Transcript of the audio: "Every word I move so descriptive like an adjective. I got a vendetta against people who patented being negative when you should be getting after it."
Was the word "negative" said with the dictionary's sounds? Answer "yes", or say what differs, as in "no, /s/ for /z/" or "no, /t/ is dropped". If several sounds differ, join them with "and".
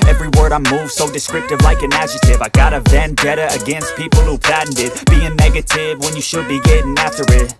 yes